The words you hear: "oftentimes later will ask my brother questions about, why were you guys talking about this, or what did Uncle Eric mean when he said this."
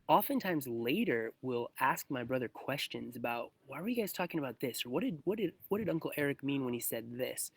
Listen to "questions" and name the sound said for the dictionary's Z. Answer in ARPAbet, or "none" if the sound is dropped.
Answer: Z